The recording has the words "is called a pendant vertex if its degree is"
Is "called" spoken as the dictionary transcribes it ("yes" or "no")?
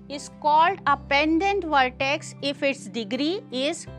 yes